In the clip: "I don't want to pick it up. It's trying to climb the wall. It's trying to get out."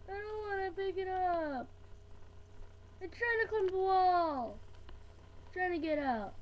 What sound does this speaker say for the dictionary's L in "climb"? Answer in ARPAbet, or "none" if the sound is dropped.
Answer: none